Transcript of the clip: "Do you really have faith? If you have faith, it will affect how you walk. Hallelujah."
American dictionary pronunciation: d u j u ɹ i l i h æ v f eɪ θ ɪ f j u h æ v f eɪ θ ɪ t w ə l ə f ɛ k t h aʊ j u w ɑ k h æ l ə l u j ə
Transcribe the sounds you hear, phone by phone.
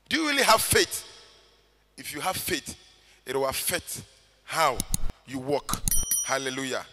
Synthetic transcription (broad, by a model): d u j u ɹ i l i h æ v f eɪ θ ɪ f j u h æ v f eɪ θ ɪ t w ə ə f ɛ t h aʊ j u w ɑ k h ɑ l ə l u j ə